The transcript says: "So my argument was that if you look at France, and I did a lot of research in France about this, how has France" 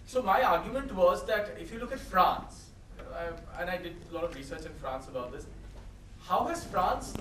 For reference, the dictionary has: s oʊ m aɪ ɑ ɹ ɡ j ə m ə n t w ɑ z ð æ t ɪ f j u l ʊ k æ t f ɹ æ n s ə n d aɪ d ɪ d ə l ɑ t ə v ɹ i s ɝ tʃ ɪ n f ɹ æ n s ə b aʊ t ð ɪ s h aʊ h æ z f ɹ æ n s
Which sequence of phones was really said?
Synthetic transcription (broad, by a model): s oʊ m aɪ ɑ ɹ ɡ j ə m ə n t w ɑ z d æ t ɪ f j u l ʊ k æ t f ɹ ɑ n s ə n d aɪ d ɪ d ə l ɑ t ə v ɹ i s ɝ tʃ ɪ n f ɹ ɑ n s ə b aʊ t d ɪ s h aʊ h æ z f ɹ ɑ n s